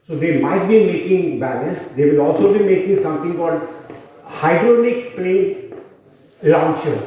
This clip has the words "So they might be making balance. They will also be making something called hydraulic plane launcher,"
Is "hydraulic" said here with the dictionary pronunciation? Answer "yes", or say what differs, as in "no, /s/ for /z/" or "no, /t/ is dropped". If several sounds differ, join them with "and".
no, /n/ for /l/